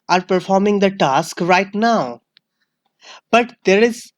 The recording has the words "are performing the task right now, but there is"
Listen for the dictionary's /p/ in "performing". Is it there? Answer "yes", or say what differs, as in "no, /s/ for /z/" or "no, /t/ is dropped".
yes